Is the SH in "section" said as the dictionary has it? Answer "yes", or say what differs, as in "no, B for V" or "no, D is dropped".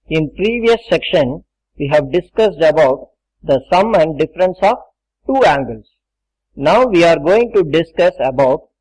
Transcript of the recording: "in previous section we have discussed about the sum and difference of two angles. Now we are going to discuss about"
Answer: yes